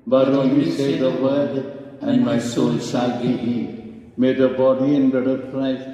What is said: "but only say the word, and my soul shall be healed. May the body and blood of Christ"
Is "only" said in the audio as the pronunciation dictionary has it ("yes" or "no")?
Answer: no